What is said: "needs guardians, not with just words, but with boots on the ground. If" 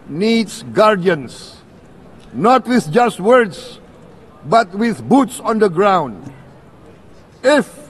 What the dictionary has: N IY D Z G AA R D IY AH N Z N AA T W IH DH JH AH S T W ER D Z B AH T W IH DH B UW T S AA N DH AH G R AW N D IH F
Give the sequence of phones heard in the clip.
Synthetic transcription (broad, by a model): N IY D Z G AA R D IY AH N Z N AA T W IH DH JH AH S T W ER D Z B AH T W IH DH B UW T S AA N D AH G R AW N D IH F